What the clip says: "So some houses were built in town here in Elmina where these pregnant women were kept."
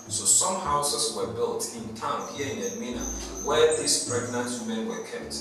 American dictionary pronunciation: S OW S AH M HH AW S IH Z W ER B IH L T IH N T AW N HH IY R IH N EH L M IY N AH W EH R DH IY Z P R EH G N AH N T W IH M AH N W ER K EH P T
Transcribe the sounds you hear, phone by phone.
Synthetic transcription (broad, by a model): S OW S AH M HH AW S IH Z W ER B IH L T IH N T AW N HH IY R IH N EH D M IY N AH W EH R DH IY S P R EH G N AH N T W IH M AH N W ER K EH P T